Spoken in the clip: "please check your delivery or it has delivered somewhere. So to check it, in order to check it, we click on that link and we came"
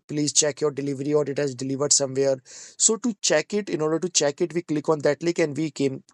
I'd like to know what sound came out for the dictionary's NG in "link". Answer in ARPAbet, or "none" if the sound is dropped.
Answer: none